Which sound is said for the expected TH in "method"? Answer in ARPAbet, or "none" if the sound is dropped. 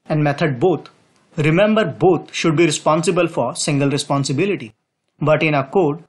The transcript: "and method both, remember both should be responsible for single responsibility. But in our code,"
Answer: T